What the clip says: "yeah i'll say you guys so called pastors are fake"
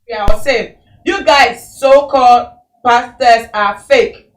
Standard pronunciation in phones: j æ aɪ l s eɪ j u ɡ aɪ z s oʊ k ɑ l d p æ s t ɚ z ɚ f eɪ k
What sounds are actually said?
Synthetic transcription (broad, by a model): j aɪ w s eɪ j u ɡ aɪ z s oʊ k ɑ l d p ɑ s t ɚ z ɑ f eɪ k